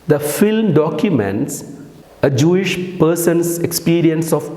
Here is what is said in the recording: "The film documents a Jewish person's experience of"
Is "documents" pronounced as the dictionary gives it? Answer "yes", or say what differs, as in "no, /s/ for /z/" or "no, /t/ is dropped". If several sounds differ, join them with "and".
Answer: yes